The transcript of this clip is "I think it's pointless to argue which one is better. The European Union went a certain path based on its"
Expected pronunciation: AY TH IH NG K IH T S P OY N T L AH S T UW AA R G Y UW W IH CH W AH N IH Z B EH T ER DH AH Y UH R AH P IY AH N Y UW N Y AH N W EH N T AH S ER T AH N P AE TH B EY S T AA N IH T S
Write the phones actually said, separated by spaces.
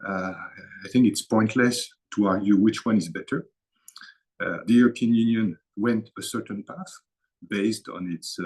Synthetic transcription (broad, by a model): AY TH IH NG K IH T S P OY N T L AH S T UW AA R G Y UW W IH CH W AH N IH Z B EH T ER DH AH Y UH R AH P IY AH N Y UW N Y AH N W EH N T AH S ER T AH N P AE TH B EY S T AA N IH T S